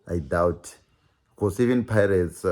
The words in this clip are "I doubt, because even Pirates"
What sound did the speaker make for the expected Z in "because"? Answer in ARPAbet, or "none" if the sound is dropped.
S